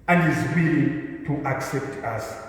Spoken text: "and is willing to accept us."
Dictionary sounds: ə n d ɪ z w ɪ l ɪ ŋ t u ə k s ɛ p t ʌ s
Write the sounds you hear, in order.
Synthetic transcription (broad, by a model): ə n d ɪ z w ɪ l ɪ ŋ t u ə k s ɛ p t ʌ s